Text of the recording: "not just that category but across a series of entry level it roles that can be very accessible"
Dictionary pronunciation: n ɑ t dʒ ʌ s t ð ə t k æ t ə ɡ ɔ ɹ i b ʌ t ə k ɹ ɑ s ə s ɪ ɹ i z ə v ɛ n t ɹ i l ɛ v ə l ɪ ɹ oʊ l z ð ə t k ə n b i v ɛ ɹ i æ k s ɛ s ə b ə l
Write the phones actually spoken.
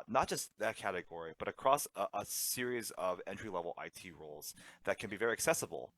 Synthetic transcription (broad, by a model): n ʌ t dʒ ʌ s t ð ə t k æ t ə ɡ ɔ ɹ i b ʌ t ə k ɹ ɑ s ə s ɪ ɹ i z ə v ɛ n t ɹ i l ɛ v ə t ɪ ɹ oʊ l z ð ə t k ə n b i v ɛ ɹ i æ k s ɛ s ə b l